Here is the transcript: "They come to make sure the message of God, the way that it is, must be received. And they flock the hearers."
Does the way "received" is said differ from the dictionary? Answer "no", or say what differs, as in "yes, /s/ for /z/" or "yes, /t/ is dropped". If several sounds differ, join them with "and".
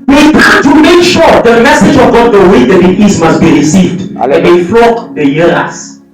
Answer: no